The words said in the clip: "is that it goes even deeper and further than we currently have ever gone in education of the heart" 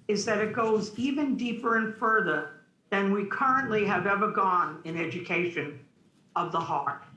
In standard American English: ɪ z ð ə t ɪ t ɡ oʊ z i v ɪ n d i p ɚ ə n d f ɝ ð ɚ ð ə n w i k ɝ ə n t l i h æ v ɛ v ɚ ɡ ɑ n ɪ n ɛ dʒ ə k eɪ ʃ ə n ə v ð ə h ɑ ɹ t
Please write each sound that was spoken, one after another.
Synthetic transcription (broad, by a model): ɪ z ð ə t ɪ t ɡ oʊ z i v ɪ n d i p ɚ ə n f ɝ ð ɚ ð ə n w i k ɝ ə n t l i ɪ v ɛ v ɚ ɡ ɑ n ɪ n ɛ dʒ ə k eɪ ʃ ə n ə v ð ə h ɑ ɹ t